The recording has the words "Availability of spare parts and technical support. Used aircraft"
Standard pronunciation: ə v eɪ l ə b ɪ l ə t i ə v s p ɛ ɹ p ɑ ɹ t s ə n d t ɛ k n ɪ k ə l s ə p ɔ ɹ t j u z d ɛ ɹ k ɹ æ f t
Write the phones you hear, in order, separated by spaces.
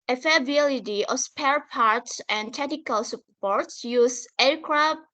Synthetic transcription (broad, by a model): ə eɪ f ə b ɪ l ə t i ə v s p ɛ ɹ p ɑ ɹ t s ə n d t ɛ k n ɪ k ə l s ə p ɔ ɹ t j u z ɛ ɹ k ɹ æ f